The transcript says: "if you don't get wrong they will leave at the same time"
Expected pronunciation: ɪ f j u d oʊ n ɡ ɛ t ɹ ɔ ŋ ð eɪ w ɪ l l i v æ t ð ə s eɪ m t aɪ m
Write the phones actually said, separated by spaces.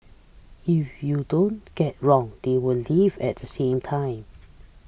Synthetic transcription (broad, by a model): ɪ f j u d oʊ n ɡ ɛ t ɹ ɔ ŋ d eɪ w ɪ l l i v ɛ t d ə s eɪ m t aɪ m